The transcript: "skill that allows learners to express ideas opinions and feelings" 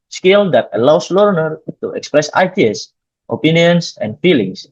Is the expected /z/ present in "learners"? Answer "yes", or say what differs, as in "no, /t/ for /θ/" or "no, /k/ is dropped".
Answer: no, /z/ is dropped